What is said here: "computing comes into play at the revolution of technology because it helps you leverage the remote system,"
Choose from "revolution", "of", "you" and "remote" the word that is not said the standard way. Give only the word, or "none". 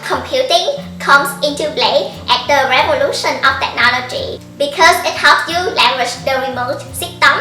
of